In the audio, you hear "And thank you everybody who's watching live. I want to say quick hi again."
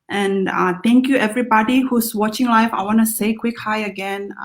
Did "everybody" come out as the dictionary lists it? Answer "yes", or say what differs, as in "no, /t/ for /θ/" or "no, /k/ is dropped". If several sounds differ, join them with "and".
yes